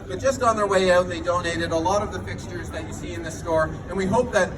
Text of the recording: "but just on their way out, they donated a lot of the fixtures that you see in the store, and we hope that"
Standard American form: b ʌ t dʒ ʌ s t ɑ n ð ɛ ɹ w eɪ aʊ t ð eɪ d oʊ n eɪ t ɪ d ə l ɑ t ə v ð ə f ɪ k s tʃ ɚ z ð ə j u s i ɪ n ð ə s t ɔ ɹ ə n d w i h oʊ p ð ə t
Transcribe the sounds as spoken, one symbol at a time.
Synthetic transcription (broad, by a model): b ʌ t dʒ ʌ s t n ð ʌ ɹ w eɪ aʊ t ð eɪ d oʊ n eɪ t ɪ d ə l ɑ t ə v ð ə f ɪ k s tʃ ɚ z ð ə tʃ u s i ɪ n ð ə s t ɔ ɹ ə n w i h oʊ p ð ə t